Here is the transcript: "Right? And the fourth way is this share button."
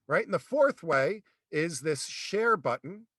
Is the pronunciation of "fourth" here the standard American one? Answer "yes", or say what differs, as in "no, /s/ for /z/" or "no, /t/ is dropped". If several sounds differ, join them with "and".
yes